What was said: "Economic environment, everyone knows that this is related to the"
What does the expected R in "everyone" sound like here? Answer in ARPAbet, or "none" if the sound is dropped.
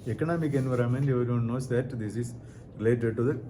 none